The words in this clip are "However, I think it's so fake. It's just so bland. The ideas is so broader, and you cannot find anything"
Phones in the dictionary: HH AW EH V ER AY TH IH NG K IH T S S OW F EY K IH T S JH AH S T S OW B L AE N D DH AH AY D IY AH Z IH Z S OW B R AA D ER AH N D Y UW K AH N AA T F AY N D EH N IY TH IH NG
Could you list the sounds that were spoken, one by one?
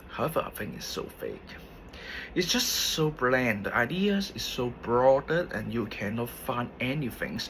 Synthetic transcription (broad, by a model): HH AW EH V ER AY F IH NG IH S S OW F EY K IH T S JH AH S T S OW B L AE N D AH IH D IY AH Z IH S OW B R AA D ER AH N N Y UW K AH N AA T F AY N D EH N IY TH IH NG